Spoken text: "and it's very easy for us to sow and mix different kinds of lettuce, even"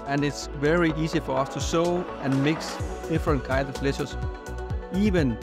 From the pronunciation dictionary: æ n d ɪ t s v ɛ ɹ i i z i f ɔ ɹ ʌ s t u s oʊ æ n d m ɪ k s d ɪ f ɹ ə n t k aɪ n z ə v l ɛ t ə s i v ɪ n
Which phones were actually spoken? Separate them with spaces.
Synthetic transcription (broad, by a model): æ n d ɪ t s v ɛ ɹ i i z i f ɔ ɹ ʌ s t u s oʊ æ n m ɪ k s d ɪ f ɹ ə n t k aɪ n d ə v l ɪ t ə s i v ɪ n